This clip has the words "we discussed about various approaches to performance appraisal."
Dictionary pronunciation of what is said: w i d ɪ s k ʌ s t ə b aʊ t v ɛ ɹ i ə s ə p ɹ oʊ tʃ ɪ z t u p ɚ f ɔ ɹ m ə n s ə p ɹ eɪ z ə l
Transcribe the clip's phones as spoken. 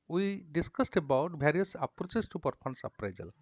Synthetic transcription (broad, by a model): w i d ɪ s k ʌ s t ə b aʊ t b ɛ ɹ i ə s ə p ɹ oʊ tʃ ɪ s t u p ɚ p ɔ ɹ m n s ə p ɹ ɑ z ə l